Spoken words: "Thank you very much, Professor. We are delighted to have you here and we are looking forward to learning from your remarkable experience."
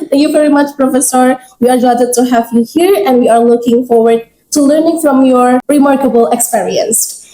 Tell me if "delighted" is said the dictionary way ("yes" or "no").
no